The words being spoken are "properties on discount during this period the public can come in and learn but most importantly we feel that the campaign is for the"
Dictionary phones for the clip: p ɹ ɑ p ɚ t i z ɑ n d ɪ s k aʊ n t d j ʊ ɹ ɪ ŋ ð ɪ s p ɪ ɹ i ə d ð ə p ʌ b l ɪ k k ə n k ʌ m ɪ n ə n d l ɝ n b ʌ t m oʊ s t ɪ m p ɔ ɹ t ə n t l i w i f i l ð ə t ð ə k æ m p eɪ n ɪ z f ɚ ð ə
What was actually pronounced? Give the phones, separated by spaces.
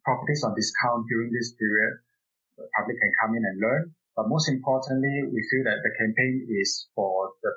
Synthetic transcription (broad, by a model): p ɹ ɑ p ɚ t i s ɑ n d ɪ s k aʊ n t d j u ɹ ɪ ŋ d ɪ s p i ɹ i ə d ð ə p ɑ b l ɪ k k ə n k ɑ m ɪ n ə n l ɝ n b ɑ t m oʊ s t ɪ m p ɔ t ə n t l i w i f i l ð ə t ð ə k æ m p eɪ n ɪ s f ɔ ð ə